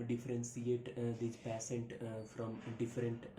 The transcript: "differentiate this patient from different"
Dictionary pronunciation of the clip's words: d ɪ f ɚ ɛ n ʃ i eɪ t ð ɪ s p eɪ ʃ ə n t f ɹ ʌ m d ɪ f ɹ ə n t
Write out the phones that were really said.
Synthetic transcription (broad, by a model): d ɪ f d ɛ n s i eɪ t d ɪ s p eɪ s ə n t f ɹ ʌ m d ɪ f ɹ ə n t